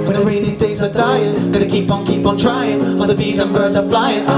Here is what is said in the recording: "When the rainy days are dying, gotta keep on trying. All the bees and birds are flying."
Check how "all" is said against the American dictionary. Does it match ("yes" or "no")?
no